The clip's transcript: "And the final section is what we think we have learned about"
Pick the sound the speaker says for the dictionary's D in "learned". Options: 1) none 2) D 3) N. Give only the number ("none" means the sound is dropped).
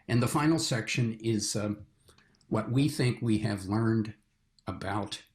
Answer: 2